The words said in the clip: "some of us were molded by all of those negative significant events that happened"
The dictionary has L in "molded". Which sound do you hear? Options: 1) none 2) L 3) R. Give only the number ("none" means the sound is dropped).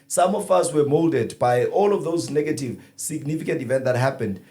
2